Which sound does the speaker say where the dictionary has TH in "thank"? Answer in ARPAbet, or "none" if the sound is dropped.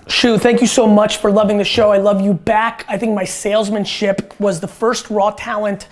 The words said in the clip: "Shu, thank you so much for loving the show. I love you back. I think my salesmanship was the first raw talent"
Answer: TH